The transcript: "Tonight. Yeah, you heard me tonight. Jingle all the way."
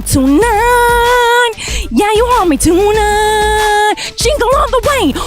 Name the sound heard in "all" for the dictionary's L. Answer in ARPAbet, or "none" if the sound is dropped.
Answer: N